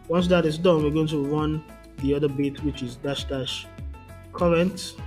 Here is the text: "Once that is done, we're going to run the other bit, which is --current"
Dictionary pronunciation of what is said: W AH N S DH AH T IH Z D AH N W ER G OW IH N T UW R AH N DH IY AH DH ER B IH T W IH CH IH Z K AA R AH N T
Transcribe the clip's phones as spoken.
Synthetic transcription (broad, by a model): W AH N S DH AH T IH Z D AH N W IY G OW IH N T UW R AH N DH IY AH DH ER B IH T W IH CH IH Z K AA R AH N T